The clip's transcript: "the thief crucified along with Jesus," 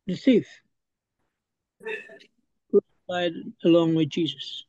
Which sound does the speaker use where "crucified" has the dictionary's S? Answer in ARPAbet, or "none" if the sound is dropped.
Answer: none